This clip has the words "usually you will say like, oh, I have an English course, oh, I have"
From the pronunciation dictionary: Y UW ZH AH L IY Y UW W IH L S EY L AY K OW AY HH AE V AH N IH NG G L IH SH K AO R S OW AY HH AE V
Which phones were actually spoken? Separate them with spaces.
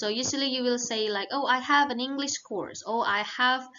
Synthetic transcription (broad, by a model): Y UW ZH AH L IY Y UW W IH L S EY L AY K OW AY HH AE V AH N IH NG G L IH SH K AO R S OW AY HH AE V